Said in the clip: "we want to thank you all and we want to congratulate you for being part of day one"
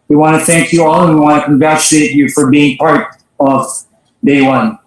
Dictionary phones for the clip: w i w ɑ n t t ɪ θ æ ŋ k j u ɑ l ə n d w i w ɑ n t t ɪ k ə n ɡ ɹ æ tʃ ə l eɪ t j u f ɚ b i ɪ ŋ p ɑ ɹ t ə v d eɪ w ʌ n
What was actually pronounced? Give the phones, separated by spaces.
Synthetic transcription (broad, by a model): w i w ɑ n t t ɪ θ æ ŋ k j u ɑ l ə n w i w ɑ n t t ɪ k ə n ɡ ɹ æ tʃ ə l eɪ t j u f ɚ b i ɪ ŋ p ɑ ɹ t ə v d eɪ w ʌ n